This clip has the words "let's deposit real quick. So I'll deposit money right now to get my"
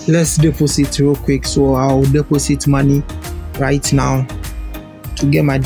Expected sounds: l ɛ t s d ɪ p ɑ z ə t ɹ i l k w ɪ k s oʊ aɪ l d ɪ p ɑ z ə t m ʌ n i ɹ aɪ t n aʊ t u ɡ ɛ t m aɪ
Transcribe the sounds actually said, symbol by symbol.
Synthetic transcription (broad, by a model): l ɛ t s d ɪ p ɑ s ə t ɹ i k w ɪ k s oʊ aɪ w d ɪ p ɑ s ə t m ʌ n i ɹ aɪ t n aʊ t u ɡ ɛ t m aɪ